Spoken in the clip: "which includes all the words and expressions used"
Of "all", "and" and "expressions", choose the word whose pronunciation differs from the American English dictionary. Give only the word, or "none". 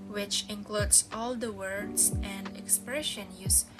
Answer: expressions